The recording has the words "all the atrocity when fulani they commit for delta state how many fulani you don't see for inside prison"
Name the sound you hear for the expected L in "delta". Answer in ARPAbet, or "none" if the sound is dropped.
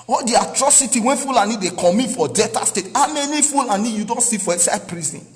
none